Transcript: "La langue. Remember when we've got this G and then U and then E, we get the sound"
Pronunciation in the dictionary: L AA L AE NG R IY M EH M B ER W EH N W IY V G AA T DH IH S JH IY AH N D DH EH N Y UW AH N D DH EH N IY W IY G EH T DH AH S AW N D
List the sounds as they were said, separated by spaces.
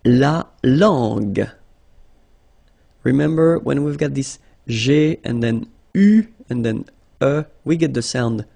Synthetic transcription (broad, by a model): L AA L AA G R IY M EH M B ER W EH N W IY V G AA T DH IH S ZH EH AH N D DH EH N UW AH N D DH EH N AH W IY G EH T DH AH S AW N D